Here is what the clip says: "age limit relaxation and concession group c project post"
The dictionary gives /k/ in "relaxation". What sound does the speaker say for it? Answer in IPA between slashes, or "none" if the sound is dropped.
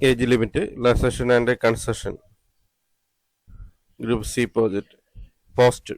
none